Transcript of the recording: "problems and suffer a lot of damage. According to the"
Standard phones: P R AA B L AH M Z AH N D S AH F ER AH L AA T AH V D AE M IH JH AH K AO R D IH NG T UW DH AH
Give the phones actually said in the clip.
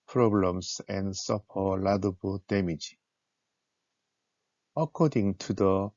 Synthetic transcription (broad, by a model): P R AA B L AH M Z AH N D S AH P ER AH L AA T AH B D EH M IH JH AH K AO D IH NG T UW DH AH